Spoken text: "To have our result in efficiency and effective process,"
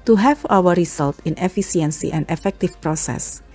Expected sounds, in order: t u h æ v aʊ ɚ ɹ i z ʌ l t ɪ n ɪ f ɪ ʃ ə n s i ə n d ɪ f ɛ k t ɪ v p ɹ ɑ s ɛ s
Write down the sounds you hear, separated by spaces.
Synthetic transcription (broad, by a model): t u h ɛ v aʊ ɚ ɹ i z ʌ l t ɪ n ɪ f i s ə n s i ə n d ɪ f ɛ k t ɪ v p ɹ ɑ s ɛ s